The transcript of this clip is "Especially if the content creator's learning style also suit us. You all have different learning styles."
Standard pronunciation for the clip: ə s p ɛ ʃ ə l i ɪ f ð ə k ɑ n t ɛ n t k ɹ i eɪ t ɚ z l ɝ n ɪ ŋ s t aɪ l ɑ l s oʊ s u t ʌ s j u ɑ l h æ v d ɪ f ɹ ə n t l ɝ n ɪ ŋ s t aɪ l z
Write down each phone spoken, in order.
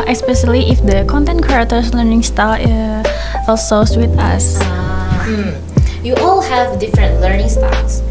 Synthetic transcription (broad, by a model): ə s p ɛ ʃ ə l i ɪ f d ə k ɑ n t ɛ n t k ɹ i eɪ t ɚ s l ɝ n ɪ ŋ s t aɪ ɑ l s oʊ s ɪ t ʌ s j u ɑ l h æ v d ɪ f ɹ ə n t l ɝ n ɪ ŋ s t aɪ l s